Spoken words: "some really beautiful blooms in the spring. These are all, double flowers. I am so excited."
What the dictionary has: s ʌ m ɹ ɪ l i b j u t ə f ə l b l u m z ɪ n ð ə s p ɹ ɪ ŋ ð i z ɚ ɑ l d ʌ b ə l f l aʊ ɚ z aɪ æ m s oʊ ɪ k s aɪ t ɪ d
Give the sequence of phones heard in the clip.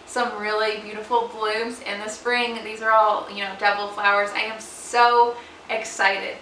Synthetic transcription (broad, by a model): s ʌ m ɹ ɪ l i b j u t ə f l b l u m z ɪ n ð ə s p ɹ ɪ ŋ ð i z ɚ ɑ l d ʌ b l f l aʊ ɚ z aɪ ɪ m s oʊ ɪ k s aɪ t ɪ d